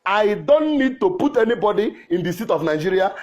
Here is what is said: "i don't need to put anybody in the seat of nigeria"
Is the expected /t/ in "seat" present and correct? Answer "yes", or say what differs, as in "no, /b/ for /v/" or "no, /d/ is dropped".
yes